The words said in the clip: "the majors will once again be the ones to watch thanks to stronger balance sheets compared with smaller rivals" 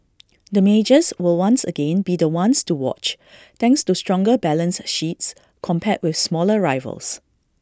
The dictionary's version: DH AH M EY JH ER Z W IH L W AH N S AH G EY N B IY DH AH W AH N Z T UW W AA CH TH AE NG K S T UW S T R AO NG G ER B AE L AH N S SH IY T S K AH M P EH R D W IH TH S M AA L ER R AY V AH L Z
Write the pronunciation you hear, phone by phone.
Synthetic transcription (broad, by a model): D AH M EY JH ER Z W IH L W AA N S AH G EY N B IY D AH W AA N S T UW W AA CH T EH NG K S T UW S T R AO NG G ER B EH L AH N S SH IY T S K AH M P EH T W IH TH S M AA L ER R AY V AH L S